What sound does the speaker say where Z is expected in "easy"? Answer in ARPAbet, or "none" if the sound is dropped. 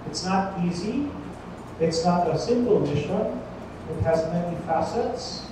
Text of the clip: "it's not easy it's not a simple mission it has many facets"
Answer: Z